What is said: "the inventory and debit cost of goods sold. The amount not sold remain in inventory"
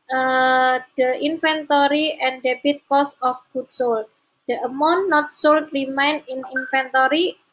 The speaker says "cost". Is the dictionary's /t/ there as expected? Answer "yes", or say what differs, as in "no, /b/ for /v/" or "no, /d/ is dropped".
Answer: no, /t/ is dropped